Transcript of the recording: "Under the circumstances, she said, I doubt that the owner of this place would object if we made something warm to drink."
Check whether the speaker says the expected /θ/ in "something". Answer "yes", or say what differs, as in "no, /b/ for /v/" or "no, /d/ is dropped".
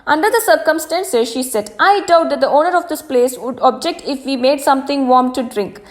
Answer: no, /t/ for /θ/